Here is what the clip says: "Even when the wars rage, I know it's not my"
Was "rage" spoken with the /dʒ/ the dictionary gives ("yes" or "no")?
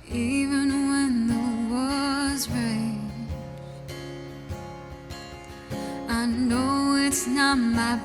no